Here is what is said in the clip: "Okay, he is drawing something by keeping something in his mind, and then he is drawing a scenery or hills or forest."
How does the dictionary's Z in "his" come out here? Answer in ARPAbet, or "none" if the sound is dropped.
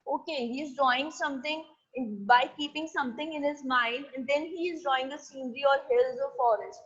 Z